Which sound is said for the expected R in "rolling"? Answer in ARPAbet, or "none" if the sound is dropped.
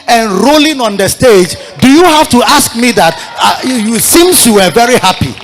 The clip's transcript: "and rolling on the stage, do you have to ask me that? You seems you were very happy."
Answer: R